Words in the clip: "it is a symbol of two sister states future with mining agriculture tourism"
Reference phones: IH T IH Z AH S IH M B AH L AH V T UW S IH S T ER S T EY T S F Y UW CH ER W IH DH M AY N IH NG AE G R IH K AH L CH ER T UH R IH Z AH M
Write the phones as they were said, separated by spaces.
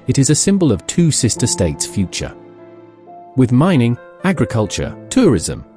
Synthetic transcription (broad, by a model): IH T IH Z AH S IH M B AH L AH V T UW S IH S T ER S T EY T S F Y UW CH ER W IH DH M AY N IH NG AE G R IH K AH L CH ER T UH R IH Z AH M